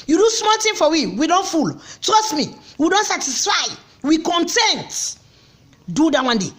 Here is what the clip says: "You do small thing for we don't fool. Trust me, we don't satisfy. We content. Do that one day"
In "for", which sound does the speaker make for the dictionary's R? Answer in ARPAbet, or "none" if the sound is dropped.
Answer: W